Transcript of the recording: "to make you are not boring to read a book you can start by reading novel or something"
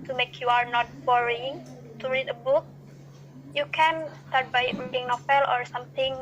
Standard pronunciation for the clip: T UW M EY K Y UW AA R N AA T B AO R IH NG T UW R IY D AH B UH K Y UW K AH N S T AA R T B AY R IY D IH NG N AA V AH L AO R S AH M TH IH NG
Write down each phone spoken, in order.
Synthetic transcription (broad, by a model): T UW M EY K Y UW AA R N AA T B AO R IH NG T UW R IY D AH B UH K Y UW K AH N S T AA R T B AY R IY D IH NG N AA F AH L AO R S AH M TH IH NG